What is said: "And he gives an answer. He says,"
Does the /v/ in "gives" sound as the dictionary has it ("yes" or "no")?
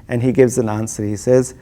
yes